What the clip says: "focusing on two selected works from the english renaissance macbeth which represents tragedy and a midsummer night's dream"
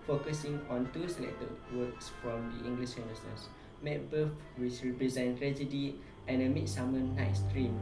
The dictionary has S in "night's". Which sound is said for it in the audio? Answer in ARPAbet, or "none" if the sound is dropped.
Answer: S